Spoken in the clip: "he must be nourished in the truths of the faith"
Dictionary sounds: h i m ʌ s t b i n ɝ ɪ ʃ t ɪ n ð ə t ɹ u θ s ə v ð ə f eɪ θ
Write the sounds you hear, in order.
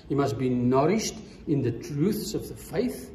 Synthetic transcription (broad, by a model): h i m ʌ s t b i n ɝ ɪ ʃ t ɪ n ð ə t ɹ u θ s ə v ð ə f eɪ θ